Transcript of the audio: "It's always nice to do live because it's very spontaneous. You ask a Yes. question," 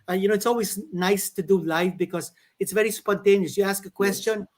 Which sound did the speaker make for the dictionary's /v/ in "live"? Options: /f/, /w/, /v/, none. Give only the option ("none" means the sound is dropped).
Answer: /f/